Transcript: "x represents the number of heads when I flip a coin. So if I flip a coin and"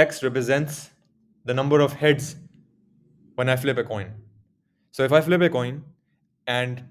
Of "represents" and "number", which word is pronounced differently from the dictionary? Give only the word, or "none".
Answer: none